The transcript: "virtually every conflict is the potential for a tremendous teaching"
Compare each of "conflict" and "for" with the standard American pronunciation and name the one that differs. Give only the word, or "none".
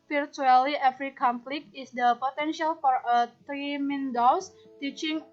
conflict